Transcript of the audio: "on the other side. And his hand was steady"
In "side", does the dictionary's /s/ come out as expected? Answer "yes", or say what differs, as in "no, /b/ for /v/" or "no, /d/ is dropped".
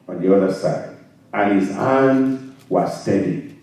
yes